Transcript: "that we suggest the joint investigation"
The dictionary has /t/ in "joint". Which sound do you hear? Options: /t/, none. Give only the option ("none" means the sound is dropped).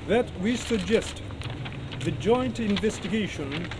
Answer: /t/